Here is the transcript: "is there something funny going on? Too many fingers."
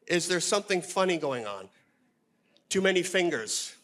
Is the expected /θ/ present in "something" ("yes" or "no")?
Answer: yes